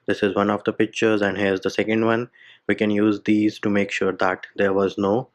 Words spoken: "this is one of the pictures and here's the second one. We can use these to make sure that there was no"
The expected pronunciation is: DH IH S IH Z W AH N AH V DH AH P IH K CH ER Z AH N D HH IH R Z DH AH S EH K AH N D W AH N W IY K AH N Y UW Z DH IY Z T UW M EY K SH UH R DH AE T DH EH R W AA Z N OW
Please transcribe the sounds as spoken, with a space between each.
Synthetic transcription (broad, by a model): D IH S IH Z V AH N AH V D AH P IH K CH ER Z AH N D HH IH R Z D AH S EH K AH N D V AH N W IY K AH N Y UW Z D IY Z T UW M EY K SH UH R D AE T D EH R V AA Z N OW